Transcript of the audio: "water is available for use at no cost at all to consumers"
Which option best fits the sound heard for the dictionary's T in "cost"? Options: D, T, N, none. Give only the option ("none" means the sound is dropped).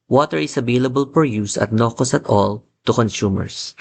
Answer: none